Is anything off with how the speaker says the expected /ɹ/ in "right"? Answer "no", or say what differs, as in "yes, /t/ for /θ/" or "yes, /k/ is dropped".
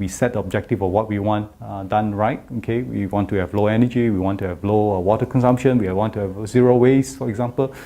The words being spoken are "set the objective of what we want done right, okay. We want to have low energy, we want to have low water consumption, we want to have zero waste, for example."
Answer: no